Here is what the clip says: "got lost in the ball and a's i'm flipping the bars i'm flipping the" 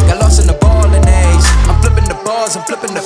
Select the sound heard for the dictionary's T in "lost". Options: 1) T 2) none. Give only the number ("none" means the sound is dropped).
2